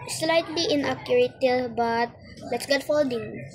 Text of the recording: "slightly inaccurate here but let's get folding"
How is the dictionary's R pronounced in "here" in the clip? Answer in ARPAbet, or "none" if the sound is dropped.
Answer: L